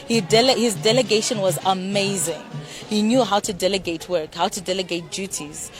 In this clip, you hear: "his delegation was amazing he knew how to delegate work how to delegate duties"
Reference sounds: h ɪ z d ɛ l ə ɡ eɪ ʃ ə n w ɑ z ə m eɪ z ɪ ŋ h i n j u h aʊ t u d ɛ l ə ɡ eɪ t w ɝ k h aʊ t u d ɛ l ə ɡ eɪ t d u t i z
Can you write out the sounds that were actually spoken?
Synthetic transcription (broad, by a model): h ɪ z d ɛ l ə ɡ eɪ ʃ ə n w ɑ z ə m eɪ z ɪ ŋ h i n j u h aʊ t u d ɛ l ə ɡ eɪ t w ɝ k h aʊ t u d ɛ l ə ɡ eɪ t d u t i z